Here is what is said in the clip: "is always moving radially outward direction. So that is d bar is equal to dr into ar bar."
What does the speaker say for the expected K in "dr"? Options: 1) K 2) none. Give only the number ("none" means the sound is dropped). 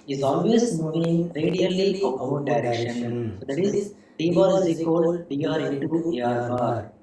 2